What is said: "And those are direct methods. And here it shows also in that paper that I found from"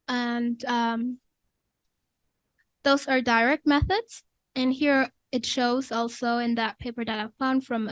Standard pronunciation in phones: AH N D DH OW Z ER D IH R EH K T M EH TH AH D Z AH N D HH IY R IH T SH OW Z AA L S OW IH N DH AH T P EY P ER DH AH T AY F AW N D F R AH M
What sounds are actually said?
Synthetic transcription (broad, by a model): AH N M DH OW Z ER D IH R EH K T M EH TH AH D Z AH N HH IY R IH T SH OW Z AA L S OW IH N DH AH T P EY P ER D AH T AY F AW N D F R AH M